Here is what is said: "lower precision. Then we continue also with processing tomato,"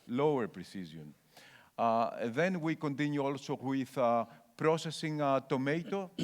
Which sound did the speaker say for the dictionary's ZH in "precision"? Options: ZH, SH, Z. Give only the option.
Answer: Z